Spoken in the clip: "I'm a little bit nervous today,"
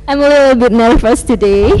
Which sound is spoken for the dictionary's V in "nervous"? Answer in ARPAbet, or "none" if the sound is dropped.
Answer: F